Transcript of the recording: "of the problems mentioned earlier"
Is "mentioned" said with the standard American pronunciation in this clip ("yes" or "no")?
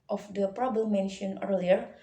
no